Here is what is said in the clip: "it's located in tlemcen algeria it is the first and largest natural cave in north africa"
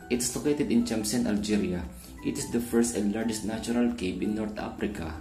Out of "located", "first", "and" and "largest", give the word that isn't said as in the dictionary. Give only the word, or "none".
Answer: none